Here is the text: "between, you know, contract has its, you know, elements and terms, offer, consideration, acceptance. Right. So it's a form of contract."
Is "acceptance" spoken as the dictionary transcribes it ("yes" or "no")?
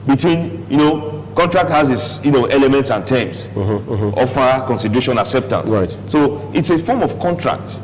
yes